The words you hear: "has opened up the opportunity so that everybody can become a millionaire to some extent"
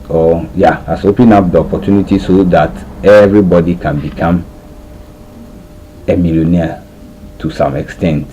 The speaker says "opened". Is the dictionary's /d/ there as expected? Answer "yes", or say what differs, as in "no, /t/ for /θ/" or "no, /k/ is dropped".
no, /d/ is dropped